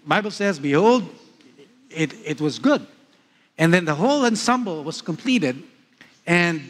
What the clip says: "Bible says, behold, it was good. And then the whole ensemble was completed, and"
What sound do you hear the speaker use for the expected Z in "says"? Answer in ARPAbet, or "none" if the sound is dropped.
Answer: Z